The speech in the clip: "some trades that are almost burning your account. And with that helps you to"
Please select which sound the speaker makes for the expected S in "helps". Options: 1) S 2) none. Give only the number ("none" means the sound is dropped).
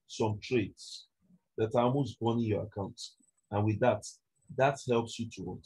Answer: 1